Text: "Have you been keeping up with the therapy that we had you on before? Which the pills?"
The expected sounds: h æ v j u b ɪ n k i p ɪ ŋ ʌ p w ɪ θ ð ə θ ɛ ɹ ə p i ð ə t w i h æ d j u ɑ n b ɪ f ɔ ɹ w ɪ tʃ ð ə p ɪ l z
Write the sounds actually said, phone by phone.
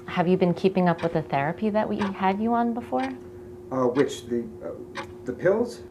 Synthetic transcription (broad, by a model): h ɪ v j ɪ b ɪ n k i p ɪ ŋ ʌ p w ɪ ð ə θ ɛ ɹ ə p i ð ə t w i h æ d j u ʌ n b ɪ f ɔ ɹ w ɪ tʃ ð ə p ɪ l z